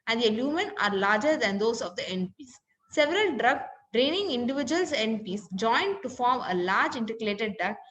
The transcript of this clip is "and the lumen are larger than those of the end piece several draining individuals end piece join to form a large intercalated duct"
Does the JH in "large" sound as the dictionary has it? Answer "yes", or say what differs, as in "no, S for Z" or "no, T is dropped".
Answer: yes